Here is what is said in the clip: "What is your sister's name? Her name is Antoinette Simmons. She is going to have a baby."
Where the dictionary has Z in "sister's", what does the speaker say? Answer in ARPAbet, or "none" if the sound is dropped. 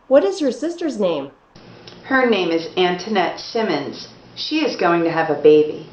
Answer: Z